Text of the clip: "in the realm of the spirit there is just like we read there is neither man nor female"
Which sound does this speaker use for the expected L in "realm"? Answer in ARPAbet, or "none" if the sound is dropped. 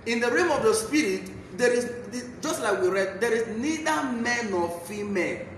none